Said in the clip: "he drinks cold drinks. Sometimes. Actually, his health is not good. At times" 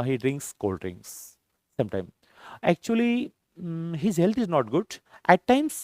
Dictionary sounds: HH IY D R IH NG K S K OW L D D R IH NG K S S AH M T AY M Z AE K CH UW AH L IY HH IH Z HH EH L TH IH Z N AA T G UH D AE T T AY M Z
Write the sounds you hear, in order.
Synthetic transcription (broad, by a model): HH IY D R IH NG K S K OW L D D R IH NG K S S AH M T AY M AE K CH UW AH L IY HH IH Z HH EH L T IH Z N AA T G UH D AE T T AY M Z